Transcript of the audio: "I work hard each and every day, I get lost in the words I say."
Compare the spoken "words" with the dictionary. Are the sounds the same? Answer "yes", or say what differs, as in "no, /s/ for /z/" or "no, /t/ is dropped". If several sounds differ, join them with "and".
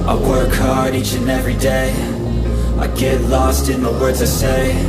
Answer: yes